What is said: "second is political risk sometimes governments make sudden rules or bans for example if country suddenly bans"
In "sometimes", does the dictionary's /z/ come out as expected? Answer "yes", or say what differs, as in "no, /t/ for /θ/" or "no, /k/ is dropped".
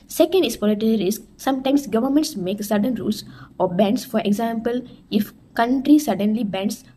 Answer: no, /s/ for /z/